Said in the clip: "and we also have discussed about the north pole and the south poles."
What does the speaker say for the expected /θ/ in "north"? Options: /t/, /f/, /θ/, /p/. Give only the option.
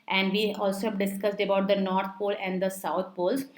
/t/